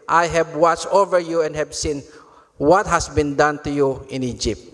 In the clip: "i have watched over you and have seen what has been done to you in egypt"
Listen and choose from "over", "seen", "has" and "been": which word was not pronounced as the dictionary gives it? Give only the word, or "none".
has